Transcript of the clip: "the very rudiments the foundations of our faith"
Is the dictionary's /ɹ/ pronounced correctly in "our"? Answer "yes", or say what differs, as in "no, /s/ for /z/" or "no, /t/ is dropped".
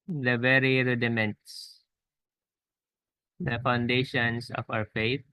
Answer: no, /w/ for /ɹ/